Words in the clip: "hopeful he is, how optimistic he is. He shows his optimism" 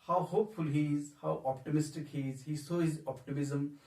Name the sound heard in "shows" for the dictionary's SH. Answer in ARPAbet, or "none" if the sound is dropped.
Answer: S